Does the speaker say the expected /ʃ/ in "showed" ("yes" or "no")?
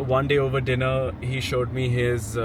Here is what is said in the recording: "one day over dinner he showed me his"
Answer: yes